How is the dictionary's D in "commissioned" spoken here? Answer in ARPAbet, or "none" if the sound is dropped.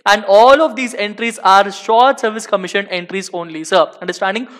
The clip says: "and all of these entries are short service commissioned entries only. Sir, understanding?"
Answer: none